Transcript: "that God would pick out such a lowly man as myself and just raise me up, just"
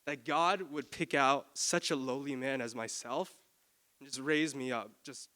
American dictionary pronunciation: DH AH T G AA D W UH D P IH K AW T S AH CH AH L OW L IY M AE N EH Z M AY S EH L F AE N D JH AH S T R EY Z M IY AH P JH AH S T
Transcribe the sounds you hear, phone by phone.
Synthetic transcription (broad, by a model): DH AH T G AA D W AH D P IH K AW T S AH CH AH L OW L IY M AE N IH Z M AY S EH L F N JH AH S T R EY Z M IY AH P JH AH S T